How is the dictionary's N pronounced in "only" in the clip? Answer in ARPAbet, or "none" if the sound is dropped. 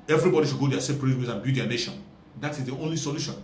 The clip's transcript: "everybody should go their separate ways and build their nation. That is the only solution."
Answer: N